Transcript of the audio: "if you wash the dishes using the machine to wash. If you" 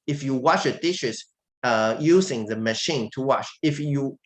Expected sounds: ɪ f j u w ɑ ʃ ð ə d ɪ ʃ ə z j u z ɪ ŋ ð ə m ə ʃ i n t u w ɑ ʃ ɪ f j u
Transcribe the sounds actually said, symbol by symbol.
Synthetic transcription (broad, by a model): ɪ f j u w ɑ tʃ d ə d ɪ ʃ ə s j u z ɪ ŋ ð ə m ə ʃ i n t u w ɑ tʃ ɪ f j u